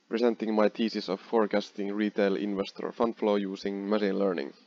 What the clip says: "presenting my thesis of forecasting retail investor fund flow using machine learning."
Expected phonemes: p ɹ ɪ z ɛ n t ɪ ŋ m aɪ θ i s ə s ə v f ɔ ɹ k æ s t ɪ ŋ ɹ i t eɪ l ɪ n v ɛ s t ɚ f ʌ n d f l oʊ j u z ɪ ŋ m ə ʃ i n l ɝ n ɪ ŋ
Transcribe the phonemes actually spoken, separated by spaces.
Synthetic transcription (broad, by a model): p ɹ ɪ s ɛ n t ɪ ŋ m aɪ t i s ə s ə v f ɔ ɹ k æ s t ɪ ŋ ɹ i t eɪ l ɪ n v ɛ s t ɚ f ʌ n d f l oʊ j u s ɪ ŋ m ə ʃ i n l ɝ n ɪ ŋ